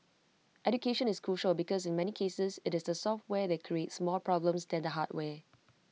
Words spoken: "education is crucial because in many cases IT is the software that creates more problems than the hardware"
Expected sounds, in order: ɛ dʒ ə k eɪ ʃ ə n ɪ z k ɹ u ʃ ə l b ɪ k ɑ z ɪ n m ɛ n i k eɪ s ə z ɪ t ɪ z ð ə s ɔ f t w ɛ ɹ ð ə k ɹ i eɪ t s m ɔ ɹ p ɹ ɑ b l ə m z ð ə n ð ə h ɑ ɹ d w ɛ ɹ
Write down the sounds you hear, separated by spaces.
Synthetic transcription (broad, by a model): ɛ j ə k eɪ ʃ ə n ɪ s k ɹ u ʃ ə l b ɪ k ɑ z ɪ n m ɛ n i k eɪ s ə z ɪ t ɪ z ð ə s ɔ f t w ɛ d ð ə k ɹ i eɪ t s m ɔ l p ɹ ɑ b l ə m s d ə n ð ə h ɑ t w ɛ